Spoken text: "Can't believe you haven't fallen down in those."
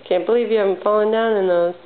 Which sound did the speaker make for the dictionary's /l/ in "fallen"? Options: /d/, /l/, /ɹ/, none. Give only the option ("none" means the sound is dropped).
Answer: /l/